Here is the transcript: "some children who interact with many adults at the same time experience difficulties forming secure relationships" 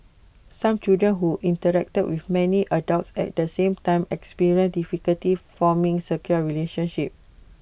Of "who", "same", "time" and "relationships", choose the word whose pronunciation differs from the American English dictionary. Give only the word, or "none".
relationships